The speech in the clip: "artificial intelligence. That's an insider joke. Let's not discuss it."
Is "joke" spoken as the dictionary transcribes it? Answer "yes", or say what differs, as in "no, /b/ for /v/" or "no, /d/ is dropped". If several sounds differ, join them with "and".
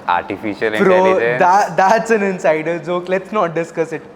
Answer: no, /z/ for /dʒ/